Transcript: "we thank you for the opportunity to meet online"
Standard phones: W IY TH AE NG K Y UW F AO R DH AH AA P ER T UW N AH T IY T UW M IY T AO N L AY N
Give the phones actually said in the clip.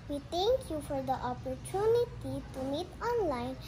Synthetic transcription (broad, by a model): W IY T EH NG K Y UW F AO R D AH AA P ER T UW N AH T IY T UW M IY T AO N L AY N